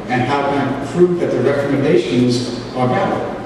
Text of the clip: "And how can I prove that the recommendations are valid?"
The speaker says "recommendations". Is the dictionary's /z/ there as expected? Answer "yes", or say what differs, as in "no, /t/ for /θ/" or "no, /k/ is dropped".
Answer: yes